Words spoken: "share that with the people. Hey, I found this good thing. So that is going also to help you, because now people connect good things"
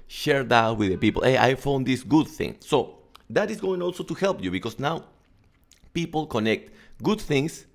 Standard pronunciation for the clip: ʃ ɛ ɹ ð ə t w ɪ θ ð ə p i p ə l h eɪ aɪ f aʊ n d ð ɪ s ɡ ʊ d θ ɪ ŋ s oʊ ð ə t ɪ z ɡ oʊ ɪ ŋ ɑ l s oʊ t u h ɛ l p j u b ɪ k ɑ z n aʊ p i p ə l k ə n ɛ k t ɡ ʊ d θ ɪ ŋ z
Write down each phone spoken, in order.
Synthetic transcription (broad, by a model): ʃ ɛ ɹ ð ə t w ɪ ð ə p i p ə l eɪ aɪ f aʊ n d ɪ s ɡ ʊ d θ ɪ ŋ s oʊ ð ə t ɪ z ɡ oʊ ɪ ŋ ɑ l s oʊ t u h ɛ l p j u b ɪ k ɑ s n aʊ p i p ə l k ə n ɛ k t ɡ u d θ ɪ ŋ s